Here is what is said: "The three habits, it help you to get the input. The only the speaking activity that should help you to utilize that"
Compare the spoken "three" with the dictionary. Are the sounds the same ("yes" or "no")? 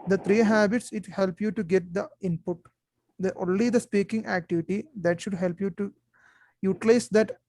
no